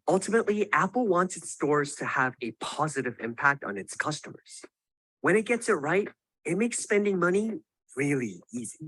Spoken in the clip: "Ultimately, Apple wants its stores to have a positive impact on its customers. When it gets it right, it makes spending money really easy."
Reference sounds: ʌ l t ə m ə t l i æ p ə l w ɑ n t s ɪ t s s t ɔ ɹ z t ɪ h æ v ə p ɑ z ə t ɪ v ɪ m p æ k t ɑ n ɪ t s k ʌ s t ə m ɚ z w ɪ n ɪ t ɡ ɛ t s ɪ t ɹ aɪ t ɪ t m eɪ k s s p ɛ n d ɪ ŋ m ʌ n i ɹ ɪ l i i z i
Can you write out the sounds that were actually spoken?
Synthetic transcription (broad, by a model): ʌ l t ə m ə t l i æ p l w ɑ n t s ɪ t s s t ɔ ɹ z t ɪ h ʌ v ə p ɑ z ə t ɪ v ɪ m p æ k t n ɪ t s k ʌ s t ə m ɚ z w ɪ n ɪ t ɡ ɛ t s ɪ t ɹ aɪ t ɪ t m eɪ k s s p ɛ n d ɪ ŋ m ʌ n i ɹ ɪ l i i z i